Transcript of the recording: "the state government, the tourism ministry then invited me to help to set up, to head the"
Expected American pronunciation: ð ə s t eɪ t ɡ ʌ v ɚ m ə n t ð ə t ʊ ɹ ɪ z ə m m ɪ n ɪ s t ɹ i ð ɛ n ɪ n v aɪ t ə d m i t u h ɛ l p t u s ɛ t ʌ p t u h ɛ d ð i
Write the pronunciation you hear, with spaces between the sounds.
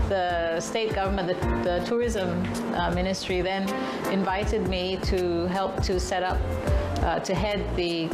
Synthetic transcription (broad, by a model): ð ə s t eɪ t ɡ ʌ v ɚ m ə n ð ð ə t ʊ ɹ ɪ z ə m m ɪ n ɪ s t ɹ i ð ɛ n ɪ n v aɪ t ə d m i t u h ɛ l p t u s ɛ t ʌ p t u h ɛ d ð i